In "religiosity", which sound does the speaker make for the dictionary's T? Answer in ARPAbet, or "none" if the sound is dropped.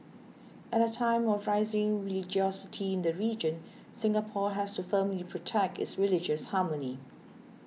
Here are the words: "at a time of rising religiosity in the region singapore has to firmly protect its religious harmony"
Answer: T